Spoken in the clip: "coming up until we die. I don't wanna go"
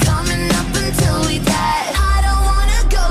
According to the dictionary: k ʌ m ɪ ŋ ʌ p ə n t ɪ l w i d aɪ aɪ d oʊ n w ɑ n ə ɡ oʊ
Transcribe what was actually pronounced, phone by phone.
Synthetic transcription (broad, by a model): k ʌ m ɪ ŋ ʌ p ə n t ɪ l w i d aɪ aɪ d oʊ n w ɑ n ə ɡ oʊ